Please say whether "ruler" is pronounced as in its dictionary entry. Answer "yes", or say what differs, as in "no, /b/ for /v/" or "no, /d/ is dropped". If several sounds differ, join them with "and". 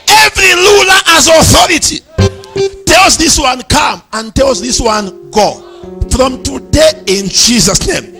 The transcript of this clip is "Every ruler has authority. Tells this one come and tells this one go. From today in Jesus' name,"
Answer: no, /l/ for /ɹ/